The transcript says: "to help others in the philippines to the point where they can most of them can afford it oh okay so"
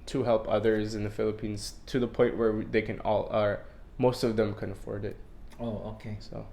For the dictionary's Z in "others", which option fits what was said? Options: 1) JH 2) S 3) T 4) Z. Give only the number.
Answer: 4